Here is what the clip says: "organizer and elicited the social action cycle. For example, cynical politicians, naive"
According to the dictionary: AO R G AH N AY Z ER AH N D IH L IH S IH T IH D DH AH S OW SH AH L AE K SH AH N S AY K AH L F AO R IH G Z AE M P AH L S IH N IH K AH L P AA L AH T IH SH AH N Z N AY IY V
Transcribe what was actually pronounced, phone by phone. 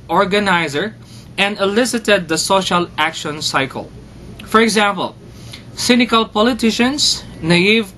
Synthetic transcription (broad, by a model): AO R G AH N AY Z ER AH N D IH L IH S IH T IH D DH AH S OW SH AH L AE K SH AH N S AY K AH L F AO R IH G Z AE M P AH L S IH N IH K AH L P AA L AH T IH SH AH N S N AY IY V